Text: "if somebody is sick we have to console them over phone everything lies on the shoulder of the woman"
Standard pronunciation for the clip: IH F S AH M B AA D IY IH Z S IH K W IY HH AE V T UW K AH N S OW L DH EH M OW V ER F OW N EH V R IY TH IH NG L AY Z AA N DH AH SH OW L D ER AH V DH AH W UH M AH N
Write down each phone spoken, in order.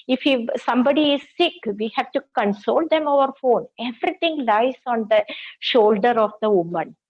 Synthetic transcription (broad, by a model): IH F S AH M B AA D IY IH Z S IH K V IY HH AE V T UW K AH N S OW L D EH M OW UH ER F OW N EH V R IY T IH NG L AY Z AA N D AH SH OW L D ER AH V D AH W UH M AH N